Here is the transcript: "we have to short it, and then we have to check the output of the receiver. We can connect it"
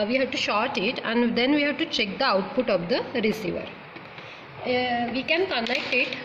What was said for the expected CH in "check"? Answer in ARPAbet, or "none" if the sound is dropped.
CH